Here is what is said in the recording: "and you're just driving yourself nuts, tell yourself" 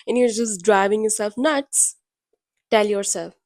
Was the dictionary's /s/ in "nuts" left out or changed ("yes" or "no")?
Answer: no